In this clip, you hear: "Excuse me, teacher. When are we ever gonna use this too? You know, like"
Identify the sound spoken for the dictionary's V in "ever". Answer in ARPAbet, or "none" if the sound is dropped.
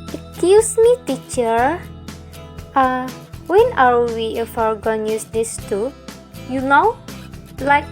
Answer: F